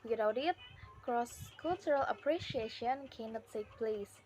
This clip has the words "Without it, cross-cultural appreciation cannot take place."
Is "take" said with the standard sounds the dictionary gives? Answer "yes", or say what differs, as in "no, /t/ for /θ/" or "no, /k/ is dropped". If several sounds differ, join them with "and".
no, /s/ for /t/